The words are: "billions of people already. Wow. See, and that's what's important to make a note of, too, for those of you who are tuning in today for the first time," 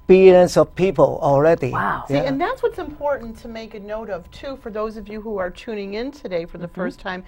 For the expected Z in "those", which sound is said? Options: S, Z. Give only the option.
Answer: Z